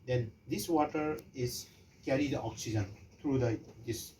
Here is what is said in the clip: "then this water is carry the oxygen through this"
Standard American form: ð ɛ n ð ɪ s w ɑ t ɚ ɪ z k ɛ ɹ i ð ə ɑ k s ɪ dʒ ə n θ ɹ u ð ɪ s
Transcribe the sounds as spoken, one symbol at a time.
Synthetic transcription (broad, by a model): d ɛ n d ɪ s w ɑ t ɚ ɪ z k ɛ ɹ i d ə ɑ k s ɪ dʒ ə n t ɹ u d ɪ s